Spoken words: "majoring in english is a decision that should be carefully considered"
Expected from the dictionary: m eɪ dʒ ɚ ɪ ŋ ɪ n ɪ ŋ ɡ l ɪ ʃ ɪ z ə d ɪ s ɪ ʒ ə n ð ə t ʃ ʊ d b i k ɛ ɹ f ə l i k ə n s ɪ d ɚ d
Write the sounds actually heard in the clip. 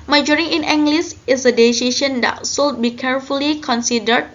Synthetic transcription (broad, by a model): m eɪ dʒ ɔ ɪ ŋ ɪ n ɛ ŋ ɡ l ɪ s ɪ s ə d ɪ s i ʃ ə n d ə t s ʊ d b i k ɛ ɹ f ə l i k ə n s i d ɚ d